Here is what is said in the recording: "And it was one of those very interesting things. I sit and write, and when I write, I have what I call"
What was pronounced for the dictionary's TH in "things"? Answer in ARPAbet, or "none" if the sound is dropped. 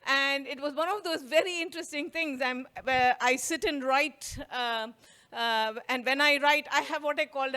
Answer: T